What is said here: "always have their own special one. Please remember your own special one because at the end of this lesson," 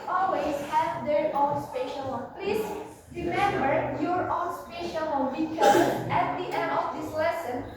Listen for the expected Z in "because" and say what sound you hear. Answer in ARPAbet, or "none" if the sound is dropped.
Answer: none